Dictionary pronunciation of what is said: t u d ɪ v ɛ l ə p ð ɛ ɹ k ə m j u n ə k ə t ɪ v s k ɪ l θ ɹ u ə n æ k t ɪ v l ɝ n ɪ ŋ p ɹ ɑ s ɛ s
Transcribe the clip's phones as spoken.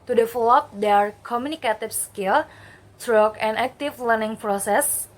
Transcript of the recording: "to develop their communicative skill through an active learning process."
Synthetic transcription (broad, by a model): t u d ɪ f l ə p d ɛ ɹ k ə m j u n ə k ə t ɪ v s k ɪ l t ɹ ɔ ə n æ k t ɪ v l ɝ n ɪ ŋ p ɹ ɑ s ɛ s